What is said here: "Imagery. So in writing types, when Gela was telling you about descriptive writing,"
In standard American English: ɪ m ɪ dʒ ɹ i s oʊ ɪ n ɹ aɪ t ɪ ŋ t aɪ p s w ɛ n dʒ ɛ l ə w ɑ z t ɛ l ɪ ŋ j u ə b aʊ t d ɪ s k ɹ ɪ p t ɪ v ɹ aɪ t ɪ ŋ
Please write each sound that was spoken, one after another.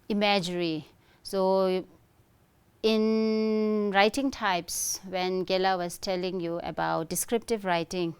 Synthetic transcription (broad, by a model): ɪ m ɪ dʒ ɹ i s oʊ ɪ n ɹ aɪ t ɪ ŋ t aɪ p s w ɛ n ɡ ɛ l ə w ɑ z t ɛ l ɪ ŋ j u ə b aʊ t d ɪ s k ɹ ɪ p t ɪ v ɹ aɪ t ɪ ŋ